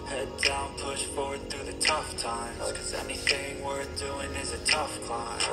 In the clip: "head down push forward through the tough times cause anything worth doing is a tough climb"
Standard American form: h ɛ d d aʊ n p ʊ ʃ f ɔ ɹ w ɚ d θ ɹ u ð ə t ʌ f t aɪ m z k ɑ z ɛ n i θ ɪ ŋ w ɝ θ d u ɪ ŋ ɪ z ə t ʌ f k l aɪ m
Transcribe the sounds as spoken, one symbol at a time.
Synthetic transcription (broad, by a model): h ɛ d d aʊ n p ʊ ʃ f ɔ ɹ w ɚ d θ ɹ u ð ə t ʌ f t aɪ m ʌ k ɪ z ɛ n i θ ɪ ŋ w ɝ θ d u ɪ ŋ ɪ z ə t ʌ f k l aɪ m